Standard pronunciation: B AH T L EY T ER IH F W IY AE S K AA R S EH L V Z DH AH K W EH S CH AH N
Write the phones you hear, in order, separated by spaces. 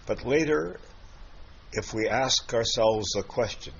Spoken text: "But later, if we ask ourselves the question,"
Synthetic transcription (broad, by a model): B AH T L EY T ER IH F W IY AE S K AA R S EH L V Z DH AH K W EH S CH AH N